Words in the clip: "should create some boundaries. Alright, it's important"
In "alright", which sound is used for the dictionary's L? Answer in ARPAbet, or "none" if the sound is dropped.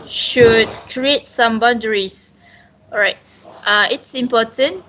none